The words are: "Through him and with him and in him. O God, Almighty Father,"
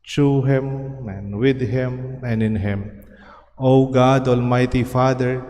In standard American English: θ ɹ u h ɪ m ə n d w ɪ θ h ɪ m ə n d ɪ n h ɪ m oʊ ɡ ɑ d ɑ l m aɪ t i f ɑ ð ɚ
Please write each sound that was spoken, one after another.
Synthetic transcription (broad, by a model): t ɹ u h ɪ m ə n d w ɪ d h ɪ m ə n d ɪ n h ɪ m oʊ ɡ ɑ d ɑ l m aɪ t i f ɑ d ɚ